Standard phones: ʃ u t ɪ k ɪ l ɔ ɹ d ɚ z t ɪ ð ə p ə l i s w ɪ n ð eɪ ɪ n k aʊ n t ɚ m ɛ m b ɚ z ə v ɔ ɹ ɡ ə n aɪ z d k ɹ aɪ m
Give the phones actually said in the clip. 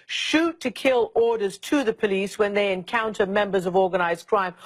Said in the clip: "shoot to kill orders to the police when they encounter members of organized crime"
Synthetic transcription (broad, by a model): ʃ u t ɪ k ɪ l ɔ ɹ d ɚ z t ɪ ð ə p ə l i s w ɪ n ð eɪ ɪ n k aʊ n t ɚ m ɛ m b ɚ z ə v ɔ ɹ ɡ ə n aɪ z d k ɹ aɪ m